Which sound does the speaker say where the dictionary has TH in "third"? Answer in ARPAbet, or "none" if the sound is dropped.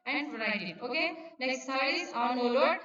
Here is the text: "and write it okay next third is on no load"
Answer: S